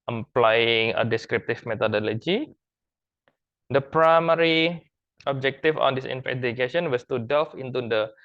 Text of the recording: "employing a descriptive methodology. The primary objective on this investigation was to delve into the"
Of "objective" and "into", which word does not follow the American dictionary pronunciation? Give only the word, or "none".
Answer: objective